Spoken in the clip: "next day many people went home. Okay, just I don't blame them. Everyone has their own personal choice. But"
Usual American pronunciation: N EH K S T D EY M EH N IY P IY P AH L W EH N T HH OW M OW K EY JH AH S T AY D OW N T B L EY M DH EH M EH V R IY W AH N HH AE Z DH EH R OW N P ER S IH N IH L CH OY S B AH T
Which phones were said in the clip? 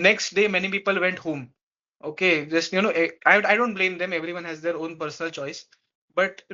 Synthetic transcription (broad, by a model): N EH K S T D EY M EH N IY P IY P AH L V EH N T HH OW M OW K EY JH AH S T AY D OW N T B L EY M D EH M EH V R IY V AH N HH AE Z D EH R OW N P ER S IH N IH L CH OY S B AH T